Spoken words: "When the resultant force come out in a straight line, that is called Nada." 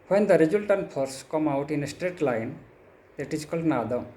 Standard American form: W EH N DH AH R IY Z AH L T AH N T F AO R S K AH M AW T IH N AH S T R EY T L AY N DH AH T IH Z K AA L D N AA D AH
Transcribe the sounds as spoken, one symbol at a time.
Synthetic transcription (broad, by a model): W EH N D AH R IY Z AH L T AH N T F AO R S K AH M AW T IH N AH S T R EY T L AY N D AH T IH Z K AA L D N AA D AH